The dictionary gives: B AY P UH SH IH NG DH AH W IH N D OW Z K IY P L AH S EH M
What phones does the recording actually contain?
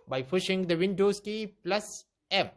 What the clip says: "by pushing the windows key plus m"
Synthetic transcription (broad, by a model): B AY F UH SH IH NG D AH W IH N D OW S K IY P L AH S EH M